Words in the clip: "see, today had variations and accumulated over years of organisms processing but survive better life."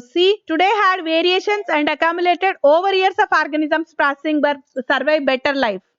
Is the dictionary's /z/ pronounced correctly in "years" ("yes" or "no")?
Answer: no